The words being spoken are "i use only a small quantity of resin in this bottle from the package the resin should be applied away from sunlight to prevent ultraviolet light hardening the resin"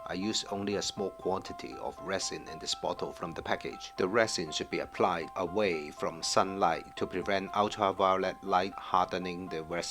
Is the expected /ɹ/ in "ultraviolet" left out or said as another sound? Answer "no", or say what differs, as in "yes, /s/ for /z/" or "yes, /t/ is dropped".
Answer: yes, /ɹ/ is dropped